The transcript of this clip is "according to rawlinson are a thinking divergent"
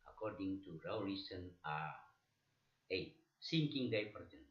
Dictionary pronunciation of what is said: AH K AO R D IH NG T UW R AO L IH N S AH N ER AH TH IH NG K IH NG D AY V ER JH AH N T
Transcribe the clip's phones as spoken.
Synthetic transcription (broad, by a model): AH K AO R D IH NG T UW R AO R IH S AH N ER AH S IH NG K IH NG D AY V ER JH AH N